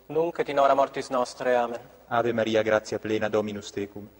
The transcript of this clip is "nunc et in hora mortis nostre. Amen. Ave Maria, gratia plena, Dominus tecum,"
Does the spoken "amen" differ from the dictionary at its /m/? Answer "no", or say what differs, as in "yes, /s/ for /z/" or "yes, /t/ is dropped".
no